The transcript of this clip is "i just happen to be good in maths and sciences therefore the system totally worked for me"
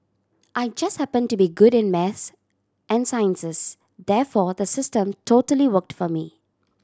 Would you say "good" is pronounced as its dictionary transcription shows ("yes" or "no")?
yes